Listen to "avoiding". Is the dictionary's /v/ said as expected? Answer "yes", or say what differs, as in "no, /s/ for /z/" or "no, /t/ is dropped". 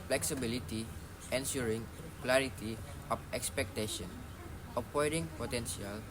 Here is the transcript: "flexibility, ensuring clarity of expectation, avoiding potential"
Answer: no, /p/ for /v/